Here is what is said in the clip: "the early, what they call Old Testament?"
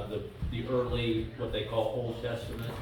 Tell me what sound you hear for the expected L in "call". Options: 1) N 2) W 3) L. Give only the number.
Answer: 3